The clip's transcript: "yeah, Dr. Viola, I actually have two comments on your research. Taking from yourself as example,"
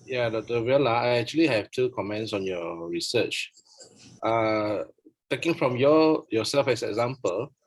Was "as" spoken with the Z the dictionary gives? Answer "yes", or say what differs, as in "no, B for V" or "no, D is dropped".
no, S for Z